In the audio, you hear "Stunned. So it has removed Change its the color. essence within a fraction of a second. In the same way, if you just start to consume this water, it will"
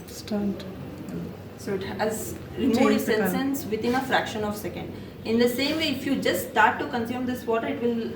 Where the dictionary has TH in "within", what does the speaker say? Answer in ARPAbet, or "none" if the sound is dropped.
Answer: T